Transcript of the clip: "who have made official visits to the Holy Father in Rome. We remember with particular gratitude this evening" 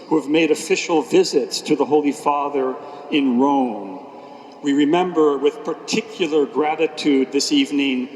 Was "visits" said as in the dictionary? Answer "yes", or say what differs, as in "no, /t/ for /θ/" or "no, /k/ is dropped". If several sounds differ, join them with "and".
yes